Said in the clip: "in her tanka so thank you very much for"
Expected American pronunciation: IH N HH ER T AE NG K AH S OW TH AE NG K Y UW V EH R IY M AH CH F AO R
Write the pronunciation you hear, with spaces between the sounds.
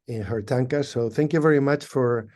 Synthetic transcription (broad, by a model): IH N HH ER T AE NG K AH S OW TH AE NG K Y UW V EH R IY M AH CH F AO R